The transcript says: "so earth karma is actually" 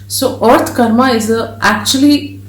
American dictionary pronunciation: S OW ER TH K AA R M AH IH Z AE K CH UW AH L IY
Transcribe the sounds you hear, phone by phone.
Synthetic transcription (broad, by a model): S OW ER T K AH R M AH IH Z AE K CH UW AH L IY